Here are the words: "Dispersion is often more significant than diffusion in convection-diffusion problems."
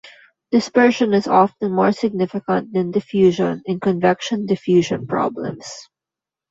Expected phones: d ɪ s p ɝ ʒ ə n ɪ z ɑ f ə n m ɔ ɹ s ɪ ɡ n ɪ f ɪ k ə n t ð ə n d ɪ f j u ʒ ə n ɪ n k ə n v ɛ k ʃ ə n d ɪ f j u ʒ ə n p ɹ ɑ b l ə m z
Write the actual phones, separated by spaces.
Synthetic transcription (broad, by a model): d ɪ s p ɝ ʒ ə n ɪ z ɑ f ə n m ɔ ɹ s ɪ ɡ n ɪ f ɪ k ə n t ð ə n d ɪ f j u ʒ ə n ɪ n k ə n v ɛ k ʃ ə n d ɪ f j u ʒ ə n p ɹ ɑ b l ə m s